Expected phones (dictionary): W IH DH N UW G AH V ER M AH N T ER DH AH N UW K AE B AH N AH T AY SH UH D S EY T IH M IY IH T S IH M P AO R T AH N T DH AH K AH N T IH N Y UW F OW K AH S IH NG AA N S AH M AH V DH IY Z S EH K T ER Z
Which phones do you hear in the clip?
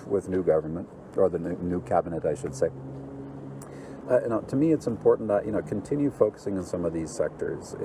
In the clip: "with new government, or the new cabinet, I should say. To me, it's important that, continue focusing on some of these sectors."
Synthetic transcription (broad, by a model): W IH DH N UW G AH V ER M AH N T ER DH AH N UW K AE B AH N AH T AY SH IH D S EY T IH M IY IH T S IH M P AO R T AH T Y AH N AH N T IH N Y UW F OW K AH S IH NG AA N S AH M AH V DH IY Z S EH K T ER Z